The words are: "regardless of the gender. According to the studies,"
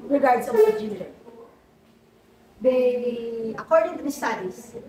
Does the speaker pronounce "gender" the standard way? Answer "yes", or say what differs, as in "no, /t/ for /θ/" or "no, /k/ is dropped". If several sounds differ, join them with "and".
no, /n/ is dropped